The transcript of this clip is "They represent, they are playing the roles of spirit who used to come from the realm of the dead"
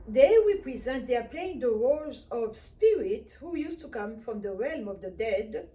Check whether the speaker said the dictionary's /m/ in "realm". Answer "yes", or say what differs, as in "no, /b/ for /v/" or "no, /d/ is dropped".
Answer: yes